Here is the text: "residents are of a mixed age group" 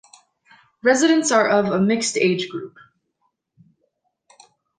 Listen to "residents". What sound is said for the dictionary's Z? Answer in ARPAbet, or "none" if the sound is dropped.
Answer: Z